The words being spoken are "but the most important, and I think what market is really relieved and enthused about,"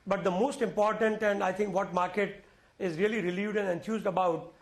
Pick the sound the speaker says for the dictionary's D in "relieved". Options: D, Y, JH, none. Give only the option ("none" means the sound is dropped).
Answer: D